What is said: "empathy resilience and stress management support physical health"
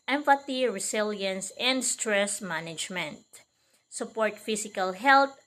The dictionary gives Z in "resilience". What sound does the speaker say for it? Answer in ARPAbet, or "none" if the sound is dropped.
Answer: S